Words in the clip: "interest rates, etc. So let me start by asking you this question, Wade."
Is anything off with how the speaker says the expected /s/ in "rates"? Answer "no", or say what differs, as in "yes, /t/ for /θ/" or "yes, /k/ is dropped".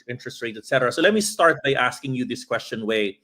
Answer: yes, /s/ is dropped